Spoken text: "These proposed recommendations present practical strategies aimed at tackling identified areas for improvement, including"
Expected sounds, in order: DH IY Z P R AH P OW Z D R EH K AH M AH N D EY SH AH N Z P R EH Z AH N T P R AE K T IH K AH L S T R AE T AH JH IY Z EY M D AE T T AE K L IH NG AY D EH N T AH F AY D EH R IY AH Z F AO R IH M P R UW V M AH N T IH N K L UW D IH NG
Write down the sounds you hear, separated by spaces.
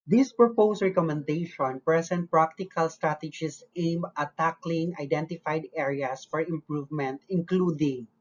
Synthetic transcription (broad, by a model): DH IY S P R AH P OW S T R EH K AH M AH N D EY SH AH N P R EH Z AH N T P R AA K T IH K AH L S T R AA T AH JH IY S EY M AH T T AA K L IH NG AY D EH N T AH F AY D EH R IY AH S F AO R IH M P R UW V M AH N T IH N K L UW D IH NG